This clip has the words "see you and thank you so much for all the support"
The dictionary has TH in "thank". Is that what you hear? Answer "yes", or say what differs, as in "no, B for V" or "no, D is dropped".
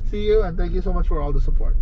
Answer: no, T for TH